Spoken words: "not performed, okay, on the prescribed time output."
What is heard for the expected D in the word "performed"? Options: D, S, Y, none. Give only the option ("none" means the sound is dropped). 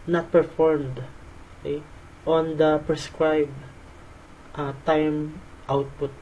D